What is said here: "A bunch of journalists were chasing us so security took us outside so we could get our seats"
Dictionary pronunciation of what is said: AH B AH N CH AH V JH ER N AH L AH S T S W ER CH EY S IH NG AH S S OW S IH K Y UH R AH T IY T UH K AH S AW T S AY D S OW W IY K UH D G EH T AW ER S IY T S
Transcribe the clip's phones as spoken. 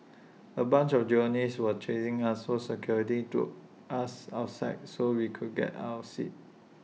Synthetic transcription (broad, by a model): AH B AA N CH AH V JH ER AH N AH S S W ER CH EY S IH NG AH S S OW S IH K Y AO R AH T IY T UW AA S AW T S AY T S OW W IY K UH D G EH T AW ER S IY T